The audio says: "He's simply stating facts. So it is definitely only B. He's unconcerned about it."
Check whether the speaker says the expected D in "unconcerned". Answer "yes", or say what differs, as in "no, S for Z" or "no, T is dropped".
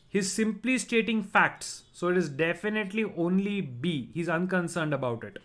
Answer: yes